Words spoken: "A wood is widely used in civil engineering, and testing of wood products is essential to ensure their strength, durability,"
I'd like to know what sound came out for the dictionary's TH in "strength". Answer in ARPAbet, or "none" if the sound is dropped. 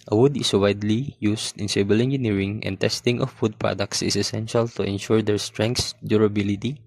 S